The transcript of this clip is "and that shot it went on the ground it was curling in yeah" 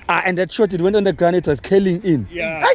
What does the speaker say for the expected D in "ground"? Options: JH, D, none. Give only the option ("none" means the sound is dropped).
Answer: none